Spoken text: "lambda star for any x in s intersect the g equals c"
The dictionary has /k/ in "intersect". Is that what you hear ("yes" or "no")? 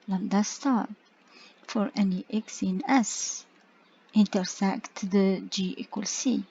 yes